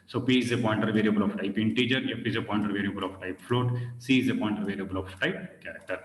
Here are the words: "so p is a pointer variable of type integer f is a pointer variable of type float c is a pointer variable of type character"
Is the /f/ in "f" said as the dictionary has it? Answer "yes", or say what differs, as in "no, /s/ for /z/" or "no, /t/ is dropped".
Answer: no, /p/ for /f/